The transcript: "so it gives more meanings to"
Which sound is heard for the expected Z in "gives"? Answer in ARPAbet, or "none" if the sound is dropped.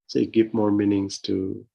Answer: none